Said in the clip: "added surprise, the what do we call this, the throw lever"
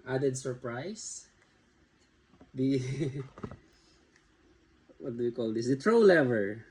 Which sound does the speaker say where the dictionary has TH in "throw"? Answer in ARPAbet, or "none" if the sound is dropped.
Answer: T